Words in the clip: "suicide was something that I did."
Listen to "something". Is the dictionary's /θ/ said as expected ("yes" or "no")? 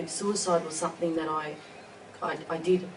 yes